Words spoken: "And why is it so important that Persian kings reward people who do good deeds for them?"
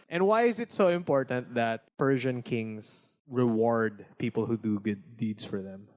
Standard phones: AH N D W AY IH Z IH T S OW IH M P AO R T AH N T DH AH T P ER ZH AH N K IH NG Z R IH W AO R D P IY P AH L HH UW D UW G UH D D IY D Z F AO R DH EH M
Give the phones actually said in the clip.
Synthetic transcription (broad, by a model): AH N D W AY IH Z IH T S OW IH M P AO R T AH N T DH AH T P ER ZH AH N K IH NG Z R IH W AO R D P IY P AH L HH UW D UW G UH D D IY D S F AO R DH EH M